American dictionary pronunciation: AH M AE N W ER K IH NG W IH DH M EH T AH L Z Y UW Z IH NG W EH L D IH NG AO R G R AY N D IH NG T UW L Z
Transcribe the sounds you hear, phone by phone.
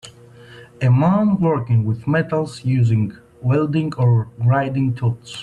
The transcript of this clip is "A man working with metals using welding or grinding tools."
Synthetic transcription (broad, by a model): AH M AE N W ER K IH NG W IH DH M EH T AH L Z Y UW Z IH NG W EH L D IH NG AO R R AY D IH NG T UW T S